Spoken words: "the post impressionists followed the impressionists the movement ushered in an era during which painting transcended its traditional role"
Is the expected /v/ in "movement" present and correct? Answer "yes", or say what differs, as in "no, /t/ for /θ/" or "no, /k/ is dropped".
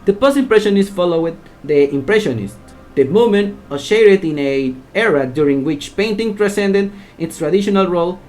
no, /v/ is dropped